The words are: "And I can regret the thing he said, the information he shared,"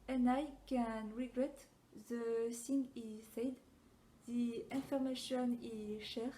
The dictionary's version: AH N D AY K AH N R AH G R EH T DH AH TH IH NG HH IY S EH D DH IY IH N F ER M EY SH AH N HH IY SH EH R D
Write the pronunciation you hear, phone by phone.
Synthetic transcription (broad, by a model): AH N AY K AH N R AH G R EH T DH AH S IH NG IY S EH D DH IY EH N F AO M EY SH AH N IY SH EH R